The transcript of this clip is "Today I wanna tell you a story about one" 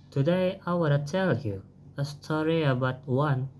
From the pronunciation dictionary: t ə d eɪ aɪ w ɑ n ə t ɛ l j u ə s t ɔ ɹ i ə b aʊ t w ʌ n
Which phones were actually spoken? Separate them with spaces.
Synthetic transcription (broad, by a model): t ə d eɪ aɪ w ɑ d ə s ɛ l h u ə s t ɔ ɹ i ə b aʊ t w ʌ n